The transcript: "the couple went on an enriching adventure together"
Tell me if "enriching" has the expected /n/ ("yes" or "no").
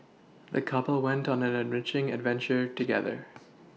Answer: yes